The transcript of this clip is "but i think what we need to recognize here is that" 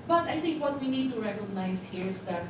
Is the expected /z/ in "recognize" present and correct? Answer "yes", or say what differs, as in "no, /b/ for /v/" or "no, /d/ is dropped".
no, /s/ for /z/